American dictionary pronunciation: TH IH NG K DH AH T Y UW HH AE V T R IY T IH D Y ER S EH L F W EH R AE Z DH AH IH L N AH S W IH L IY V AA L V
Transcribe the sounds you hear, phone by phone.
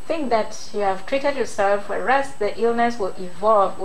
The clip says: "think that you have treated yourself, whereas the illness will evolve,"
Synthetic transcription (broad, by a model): TH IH NG K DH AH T Y UW HH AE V T R IY T IH D Y ER S EH L F W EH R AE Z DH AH IH L N AH S W IH L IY V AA L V